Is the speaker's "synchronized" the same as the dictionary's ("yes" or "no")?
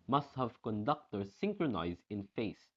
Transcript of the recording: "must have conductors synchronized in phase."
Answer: yes